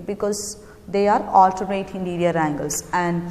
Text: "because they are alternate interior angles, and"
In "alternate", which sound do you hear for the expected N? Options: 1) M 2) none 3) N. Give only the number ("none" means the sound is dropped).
2